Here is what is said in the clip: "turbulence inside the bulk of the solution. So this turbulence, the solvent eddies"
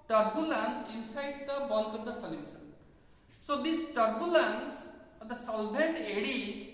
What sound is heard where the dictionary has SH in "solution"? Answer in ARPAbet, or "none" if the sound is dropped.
S